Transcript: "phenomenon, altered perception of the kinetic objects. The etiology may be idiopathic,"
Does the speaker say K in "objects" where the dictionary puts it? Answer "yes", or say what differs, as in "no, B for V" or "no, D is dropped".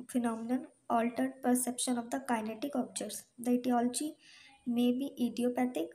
no, K is dropped